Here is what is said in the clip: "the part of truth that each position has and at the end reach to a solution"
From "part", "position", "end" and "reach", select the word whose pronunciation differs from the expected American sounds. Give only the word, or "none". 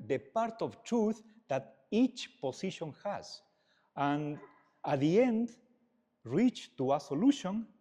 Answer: position